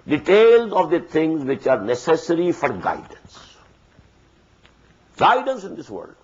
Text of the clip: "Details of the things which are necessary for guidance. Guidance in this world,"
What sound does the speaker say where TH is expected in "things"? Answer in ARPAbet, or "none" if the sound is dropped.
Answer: T